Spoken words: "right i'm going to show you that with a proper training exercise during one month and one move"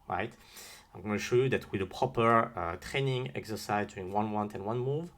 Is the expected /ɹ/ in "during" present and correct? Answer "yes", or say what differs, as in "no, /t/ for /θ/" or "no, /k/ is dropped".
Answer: no, /ɹ/ is dropped